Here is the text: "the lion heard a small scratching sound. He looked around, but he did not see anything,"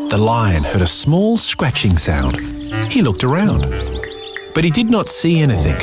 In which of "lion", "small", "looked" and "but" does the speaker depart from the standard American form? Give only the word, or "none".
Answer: none